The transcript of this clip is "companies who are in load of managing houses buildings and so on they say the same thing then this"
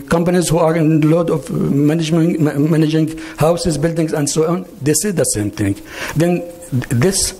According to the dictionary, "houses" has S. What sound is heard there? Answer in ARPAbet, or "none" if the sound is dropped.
S